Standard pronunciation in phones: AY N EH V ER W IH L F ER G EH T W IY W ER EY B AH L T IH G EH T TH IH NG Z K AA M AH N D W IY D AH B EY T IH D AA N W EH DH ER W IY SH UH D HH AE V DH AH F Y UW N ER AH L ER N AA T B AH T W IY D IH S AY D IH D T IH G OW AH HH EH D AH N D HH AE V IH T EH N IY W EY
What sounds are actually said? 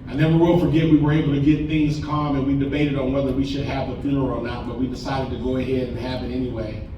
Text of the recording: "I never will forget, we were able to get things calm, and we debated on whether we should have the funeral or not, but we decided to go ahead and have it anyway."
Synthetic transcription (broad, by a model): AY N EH W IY W IH L F ER G EH T W IY W ER EY B L T IH G EH T TH IH NG Z K AA M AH N W IY D AH B EY T IH D N W EH DH ER W IY SH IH D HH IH V DH AH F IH ER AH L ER N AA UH B AH T W IY D IH S AY D IH D T IH G OW AH HH EH D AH N HH AE V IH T EH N IY W EY